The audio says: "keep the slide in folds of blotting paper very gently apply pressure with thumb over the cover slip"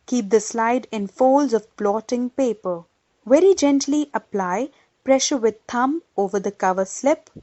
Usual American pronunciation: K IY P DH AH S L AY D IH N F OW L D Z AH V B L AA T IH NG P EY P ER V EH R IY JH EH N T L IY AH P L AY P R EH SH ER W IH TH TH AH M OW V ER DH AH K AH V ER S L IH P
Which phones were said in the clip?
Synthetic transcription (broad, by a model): K IY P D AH S L AY D IH N F OW L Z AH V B L AA T IH NG P EY P ER V EH R IY JH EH N T L IY AH P L AY P R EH SH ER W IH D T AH M OW V ER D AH K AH V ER S L IH P